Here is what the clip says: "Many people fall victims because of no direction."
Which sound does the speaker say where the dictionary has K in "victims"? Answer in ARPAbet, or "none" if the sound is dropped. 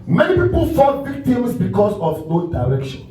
none